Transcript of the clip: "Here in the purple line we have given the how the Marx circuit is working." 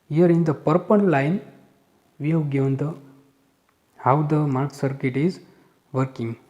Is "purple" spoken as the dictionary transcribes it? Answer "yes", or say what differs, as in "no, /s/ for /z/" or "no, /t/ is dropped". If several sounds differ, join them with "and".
no, /n/ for /l/